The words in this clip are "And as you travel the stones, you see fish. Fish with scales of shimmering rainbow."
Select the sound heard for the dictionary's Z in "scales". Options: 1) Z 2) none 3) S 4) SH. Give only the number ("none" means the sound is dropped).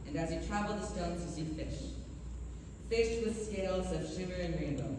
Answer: 1